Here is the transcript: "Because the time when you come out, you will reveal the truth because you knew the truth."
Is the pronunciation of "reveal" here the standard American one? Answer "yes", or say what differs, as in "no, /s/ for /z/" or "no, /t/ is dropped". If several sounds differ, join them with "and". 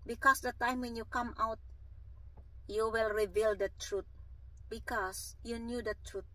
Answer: yes